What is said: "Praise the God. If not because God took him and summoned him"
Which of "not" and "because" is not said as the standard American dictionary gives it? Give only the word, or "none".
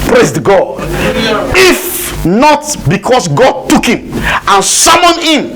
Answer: because